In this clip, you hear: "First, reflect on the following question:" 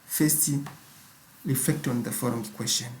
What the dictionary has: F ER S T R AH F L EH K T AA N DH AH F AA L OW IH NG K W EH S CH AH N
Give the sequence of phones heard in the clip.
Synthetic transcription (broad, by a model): F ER S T R AH F L EH K T AA N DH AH F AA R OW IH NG K W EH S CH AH N